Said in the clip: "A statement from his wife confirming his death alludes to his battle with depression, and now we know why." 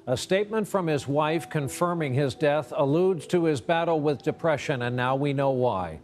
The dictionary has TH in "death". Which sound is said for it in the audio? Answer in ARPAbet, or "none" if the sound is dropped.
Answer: TH